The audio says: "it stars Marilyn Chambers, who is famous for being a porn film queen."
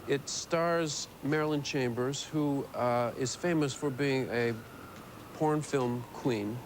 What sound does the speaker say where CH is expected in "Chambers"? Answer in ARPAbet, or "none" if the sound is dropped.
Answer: CH